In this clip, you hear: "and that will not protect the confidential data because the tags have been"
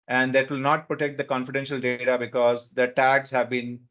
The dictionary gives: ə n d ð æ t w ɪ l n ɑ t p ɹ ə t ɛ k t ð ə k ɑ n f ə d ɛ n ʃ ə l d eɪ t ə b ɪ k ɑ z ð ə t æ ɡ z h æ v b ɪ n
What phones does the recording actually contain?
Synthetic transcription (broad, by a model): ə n d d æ t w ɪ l n ɑ t p ɹ ə t ɛ k t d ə k ɑ n f ə d ɛ n ʃ ə l d eɪ t ə b ɪ k ɑ z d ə t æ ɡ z h æ v b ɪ n